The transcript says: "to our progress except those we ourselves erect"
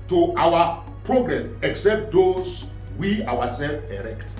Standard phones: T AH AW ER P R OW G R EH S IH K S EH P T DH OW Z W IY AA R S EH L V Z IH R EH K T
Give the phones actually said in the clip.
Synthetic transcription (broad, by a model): T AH AW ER P R OW G R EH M IH K S EH P T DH OW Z W IY AA W S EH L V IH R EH K T